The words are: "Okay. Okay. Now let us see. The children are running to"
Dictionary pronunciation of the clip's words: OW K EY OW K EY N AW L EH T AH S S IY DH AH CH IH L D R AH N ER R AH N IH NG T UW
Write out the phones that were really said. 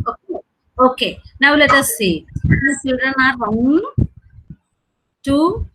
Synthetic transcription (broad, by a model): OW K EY OW K EY N AW L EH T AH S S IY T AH S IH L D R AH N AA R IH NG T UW